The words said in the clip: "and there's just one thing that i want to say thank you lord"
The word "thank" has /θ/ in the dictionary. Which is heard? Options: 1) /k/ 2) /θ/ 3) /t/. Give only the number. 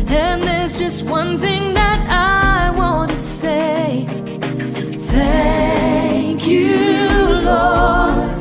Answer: 2